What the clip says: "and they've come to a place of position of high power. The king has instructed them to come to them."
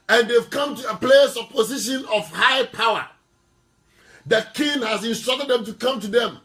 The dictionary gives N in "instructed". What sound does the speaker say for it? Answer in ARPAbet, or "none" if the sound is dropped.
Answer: N